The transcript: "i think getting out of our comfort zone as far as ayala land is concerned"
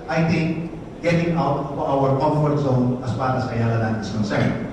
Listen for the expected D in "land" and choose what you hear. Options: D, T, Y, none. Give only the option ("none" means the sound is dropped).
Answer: none